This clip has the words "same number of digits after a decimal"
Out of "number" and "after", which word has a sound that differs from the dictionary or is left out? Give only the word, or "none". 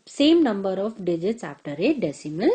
after